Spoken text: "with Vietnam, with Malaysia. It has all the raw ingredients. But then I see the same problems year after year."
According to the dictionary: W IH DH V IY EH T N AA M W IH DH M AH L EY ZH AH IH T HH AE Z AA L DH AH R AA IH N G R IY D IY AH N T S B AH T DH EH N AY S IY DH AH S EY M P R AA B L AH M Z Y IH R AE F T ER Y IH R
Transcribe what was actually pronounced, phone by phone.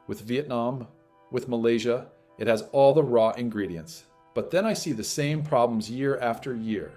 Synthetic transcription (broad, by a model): W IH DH V IY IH T N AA M W IH DH M AH L EY ZH AH IH T HH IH Z AA L DH AH R AA IH N G R IY D IY AH N T S B AH T DH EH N AY S IY DH AH S EY M P R AA B L AH M Z Y IH R AE F T ER Y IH R